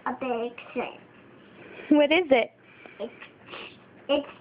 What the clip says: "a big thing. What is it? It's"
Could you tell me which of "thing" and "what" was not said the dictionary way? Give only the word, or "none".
thing